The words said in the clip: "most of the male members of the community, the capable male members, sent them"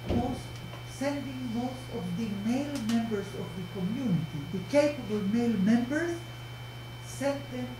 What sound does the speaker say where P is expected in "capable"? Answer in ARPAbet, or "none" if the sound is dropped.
P